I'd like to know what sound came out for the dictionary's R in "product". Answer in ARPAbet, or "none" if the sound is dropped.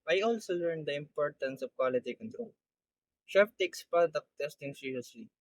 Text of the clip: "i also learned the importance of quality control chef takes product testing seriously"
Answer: none